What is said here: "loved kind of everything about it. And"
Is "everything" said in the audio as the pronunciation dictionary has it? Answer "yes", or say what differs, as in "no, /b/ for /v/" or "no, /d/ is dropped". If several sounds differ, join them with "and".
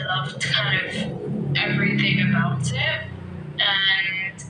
yes